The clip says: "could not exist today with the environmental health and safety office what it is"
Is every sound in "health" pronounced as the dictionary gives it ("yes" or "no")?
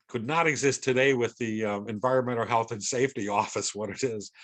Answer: yes